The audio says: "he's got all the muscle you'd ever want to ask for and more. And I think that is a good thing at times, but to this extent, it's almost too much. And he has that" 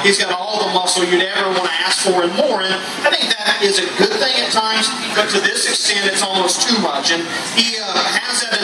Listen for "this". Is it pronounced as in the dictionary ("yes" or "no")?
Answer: yes